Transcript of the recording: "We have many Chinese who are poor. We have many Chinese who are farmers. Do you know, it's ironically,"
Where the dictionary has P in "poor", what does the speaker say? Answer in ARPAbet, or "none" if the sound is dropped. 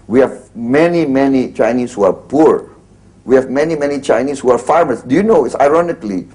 P